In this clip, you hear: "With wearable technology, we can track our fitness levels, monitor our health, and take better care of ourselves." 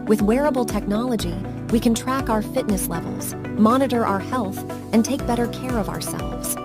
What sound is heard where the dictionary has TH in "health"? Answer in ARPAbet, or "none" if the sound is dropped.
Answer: TH